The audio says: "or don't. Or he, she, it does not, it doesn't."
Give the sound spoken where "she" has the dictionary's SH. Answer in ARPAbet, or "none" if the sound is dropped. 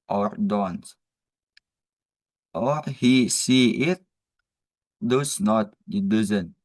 S